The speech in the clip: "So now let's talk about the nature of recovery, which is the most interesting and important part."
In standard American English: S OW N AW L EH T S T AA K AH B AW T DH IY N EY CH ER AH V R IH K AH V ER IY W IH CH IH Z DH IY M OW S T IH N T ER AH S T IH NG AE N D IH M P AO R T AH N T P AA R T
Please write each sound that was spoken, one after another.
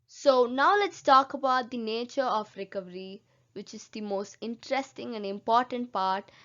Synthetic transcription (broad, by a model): S OW N AW L EH T S T AA K AH B AW T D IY N EY CH ER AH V R IH K AH V ER IY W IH CH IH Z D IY M OW S T IH N T ER AH S T IH NG AE N D IH M P AO R T AH N T P AA R T